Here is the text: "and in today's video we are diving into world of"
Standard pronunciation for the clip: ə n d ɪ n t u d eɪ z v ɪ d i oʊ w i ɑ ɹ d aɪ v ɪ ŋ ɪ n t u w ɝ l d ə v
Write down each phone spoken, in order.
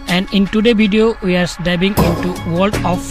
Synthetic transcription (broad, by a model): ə n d ɪ n t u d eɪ v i d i oʊ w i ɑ ɹ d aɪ b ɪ ŋ ɪ n t u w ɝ l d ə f